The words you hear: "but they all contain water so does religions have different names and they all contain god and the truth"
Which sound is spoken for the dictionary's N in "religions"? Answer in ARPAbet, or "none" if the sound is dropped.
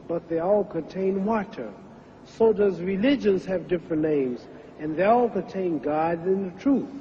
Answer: N